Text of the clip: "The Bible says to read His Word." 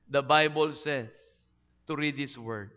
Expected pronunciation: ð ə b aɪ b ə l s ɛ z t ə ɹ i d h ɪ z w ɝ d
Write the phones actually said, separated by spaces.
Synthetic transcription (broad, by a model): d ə b aɪ b ə l s ɛ s t ə ɹ i d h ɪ s w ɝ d